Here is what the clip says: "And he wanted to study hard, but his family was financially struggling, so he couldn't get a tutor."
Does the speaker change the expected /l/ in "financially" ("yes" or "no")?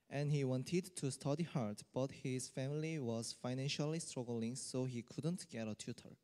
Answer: no